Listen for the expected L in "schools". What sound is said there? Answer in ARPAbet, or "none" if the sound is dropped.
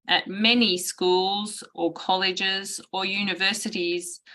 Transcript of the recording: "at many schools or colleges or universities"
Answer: L